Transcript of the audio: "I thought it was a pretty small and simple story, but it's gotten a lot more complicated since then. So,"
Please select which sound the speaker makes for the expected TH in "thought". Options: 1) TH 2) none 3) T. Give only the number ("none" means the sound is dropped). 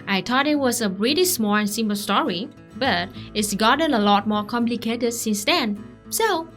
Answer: 3